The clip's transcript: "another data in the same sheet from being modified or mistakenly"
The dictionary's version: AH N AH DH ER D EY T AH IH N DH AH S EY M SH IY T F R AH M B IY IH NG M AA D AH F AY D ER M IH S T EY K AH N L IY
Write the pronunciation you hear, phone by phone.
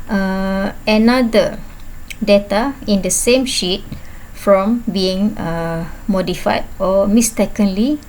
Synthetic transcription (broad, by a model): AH N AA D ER D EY T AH IH N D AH S EY M SH IY T F R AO M B IY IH NG M AA D AH F AY D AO M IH S T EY K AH N L IY